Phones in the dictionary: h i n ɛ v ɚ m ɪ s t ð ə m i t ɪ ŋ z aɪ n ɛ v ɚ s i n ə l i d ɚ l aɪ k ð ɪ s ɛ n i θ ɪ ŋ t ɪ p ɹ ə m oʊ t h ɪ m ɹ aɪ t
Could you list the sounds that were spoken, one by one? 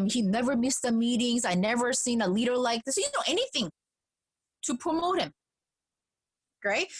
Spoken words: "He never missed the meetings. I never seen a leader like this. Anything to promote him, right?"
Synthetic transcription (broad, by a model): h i n ɛ v ɚ m ɪ s t ð ə m i t ɪ ŋ z aɪ n ɛ v ɚ s i n ə l i d ɚ l aɪ k ð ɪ s ɛ n i θ ɪ ŋ t ɪ p ɹ ə m oʊ t h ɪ m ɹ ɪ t